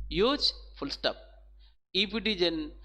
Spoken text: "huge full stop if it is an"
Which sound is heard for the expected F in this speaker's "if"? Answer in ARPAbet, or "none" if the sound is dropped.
P